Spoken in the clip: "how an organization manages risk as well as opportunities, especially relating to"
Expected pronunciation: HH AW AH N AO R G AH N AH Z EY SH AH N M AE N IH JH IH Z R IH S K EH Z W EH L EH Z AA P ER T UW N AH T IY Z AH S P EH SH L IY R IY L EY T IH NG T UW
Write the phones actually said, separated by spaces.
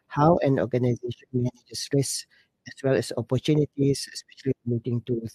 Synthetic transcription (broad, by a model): HH AW AH N AO G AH N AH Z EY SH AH N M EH N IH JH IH S R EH S EH S W EH L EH S AA P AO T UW N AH T IY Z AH S P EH SH IY L IY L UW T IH NG T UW